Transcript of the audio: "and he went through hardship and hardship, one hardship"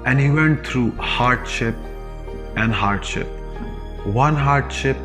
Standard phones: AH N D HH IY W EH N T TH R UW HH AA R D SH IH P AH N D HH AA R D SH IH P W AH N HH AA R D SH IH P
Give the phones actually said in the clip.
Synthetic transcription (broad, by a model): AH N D HH IY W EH N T T R UW HH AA R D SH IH P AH N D HH AA R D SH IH P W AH N HH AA R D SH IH P